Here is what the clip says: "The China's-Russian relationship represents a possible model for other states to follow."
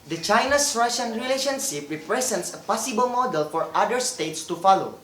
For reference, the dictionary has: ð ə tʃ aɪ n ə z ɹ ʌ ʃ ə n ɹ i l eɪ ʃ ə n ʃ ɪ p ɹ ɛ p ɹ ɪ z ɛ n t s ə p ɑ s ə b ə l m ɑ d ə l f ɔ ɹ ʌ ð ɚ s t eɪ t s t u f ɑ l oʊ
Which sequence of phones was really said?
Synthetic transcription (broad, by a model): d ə tʃ aɪ n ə s ɹ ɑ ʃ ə n ɹ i l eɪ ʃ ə n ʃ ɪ p ɹ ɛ p ɹ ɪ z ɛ n t s ə p ɑ s ə b ə l m ɑ d ə l f ɔ ɹ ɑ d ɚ s t eɪ t s t u f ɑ l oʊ